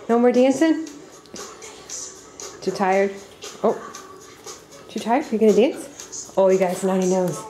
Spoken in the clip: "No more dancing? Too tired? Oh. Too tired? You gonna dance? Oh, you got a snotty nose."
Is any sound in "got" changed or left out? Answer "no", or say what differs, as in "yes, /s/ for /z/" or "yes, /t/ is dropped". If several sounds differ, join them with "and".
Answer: yes, /t/ is dropped